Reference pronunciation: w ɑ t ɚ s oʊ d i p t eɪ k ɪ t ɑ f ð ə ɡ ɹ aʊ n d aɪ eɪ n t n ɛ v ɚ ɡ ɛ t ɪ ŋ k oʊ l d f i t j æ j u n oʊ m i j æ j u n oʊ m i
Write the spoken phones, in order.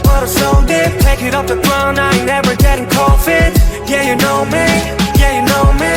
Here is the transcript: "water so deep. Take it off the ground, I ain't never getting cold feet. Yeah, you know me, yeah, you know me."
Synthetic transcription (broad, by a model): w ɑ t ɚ s oʊ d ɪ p t eɪ k ɪ t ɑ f ð ə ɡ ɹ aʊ n aɪ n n ɛ v ɚ ɡ ɛ t ɪ ŋ k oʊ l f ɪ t j æ j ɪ n oʊ m i j æ j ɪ n oʊ m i